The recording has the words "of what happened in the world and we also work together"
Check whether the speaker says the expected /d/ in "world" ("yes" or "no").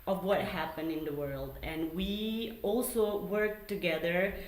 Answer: yes